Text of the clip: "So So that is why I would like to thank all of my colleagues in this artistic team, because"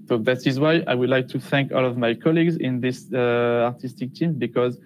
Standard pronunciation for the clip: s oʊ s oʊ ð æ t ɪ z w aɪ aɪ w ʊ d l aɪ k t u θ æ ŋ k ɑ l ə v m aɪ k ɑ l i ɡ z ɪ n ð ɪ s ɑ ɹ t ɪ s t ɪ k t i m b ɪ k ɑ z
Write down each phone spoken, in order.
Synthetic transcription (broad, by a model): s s oʊ ð æ t ɪ z w aɪ aɪ w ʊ d l aɪ k t u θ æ ŋ k ɑ l ə v m aɪ k ɑ l i ɡ z ɪ n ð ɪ s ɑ ɹ t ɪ s t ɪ k t i m b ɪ k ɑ z